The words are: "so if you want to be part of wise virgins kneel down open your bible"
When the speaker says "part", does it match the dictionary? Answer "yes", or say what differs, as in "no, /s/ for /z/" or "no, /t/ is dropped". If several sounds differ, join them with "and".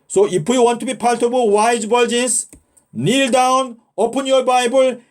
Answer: no, /l/ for /ɹ/